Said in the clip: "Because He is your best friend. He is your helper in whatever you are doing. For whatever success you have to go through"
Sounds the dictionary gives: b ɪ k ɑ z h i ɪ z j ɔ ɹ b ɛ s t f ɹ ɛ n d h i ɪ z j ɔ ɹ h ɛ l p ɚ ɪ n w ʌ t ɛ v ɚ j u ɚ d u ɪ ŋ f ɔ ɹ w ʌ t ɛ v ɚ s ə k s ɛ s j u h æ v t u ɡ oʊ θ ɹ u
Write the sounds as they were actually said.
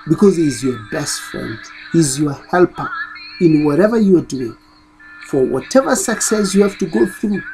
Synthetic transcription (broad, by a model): b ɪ k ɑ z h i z j ɔ ɹ b ɛ s t f ɹ ɛ n d h i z j ɔ ɹ h ɛ l p ɚ ɪ n w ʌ t ɛ v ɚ j u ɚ d u ɪ ŋ f ɔ ɹ w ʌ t ɛ v ɚ s ə k s ɛ s j u h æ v t u ɡ oʊ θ ɹ u